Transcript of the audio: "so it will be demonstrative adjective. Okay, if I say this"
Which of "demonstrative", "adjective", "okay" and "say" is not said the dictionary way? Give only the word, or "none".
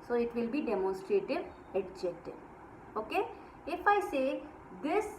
adjective